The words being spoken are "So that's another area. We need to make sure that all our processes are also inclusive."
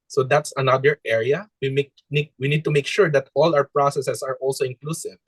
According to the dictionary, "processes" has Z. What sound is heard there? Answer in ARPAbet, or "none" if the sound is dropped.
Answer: S